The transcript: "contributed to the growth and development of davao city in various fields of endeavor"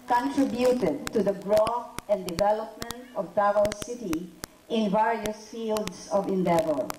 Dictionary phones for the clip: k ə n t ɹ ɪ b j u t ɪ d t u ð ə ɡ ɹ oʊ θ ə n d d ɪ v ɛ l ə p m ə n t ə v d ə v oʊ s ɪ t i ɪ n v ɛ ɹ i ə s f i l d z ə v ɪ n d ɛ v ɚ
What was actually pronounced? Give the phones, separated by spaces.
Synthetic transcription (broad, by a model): k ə n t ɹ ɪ b j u t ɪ d t u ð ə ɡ ɹ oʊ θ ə n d d ɪ v ɛ l ə p m ə n t ə v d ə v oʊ s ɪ t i ɪ n v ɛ ɹ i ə s f i l d s ə v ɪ n d ɛ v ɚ